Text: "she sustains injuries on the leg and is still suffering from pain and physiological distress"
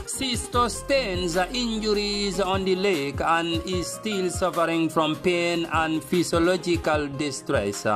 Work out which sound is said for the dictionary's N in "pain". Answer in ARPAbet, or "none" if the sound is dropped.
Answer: N